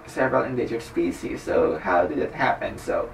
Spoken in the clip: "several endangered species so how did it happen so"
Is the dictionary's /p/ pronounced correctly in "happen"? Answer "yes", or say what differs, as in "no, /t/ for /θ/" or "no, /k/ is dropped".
yes